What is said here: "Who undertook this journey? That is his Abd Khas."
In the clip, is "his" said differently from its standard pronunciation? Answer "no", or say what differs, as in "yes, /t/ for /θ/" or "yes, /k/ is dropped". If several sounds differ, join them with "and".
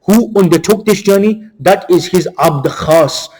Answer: no